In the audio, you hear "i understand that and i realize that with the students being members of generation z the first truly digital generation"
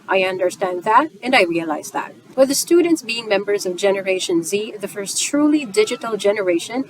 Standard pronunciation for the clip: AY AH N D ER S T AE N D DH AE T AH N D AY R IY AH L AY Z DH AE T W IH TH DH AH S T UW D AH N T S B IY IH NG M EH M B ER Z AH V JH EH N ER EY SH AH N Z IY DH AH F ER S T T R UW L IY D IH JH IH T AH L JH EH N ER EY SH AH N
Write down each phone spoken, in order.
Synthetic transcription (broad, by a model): AY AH N D ER S T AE N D DH AE T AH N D AY R IY AH L AY Z DH AE T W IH DH AH S T UW D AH N T S B IY IH NG M EH M B ER Z AH V JH EH N ER EY SH AH N Z IY DH AH F ER S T T R UW L IY D IH JH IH T L JH EH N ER EY SH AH N